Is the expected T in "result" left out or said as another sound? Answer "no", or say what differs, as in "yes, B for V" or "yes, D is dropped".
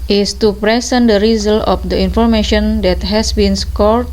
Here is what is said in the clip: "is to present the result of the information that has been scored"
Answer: yes, T is dropped